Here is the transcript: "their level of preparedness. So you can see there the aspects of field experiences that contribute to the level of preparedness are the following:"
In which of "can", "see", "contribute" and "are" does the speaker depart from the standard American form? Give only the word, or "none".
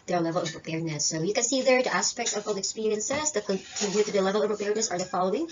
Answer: contribute